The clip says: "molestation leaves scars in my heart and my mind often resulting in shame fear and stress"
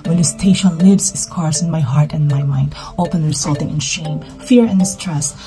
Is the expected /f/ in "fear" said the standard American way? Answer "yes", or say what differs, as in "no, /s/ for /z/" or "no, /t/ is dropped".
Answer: yes